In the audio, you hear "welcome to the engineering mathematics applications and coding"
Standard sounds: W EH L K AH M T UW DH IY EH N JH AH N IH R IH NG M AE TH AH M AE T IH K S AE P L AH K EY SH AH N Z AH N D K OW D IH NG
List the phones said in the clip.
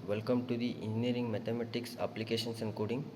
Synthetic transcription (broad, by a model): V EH L K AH M T UW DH IY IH N JH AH N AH R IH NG M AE T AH M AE T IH K S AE P L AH K EY SH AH N S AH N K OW D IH NG